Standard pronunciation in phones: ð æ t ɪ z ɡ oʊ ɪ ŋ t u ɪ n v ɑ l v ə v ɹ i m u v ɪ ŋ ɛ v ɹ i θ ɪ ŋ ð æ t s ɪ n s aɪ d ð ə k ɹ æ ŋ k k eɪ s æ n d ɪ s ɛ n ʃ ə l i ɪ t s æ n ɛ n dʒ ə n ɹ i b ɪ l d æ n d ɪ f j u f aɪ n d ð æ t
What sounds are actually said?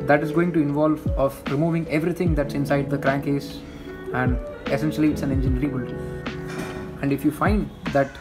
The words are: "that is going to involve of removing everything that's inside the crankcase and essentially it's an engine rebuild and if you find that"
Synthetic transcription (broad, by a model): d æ t ɪ z ɡ oʊ ɪ ŋ t u ɪ n v ɑ l v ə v ɹ i m u v ɪ ŋ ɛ v ɹ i t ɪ ŋ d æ t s ɪ n s aɪ d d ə k ɹ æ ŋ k k eɪ s æ n d ɪ s ɛ n ʃ ə l i ɪ t s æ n ɛ n dʒ ə n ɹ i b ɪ l æ n d ɪ f j u f aɪ n d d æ t